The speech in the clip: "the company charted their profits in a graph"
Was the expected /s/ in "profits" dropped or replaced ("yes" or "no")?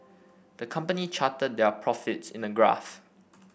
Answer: no